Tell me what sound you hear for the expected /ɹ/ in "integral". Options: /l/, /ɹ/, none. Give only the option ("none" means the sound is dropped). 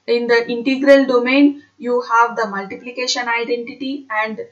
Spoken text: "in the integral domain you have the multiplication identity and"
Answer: /ɹ/